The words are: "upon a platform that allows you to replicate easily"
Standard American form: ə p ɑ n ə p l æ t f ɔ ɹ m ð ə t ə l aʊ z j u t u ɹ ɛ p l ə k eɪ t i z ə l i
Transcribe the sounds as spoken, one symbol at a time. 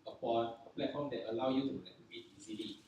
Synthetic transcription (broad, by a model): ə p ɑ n ə p l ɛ t f ɔ m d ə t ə l aʊ j u t u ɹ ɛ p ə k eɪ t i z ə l i